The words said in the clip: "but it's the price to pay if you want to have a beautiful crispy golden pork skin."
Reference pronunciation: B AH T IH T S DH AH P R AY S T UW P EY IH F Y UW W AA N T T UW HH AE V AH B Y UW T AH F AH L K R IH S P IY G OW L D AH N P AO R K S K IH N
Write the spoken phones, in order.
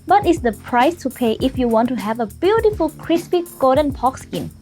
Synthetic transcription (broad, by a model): B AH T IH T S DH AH P R AY S T UW P EY IH F Y UW W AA N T T UW HH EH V AH B Y UW T AH F AH L K R IH S P IY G OW D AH N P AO K S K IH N